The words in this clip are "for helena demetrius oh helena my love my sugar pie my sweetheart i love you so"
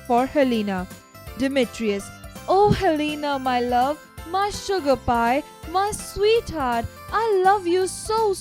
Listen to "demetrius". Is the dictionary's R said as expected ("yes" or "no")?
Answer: yes